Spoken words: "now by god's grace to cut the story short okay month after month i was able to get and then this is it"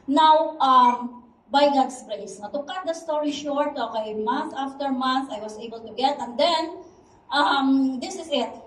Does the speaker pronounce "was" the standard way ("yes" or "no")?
no